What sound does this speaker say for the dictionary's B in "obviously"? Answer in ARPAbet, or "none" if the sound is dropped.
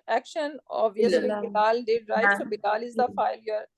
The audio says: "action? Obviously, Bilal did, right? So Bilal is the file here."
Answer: none